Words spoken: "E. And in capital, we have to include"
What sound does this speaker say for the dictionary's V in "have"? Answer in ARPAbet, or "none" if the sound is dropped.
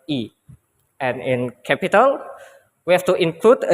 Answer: F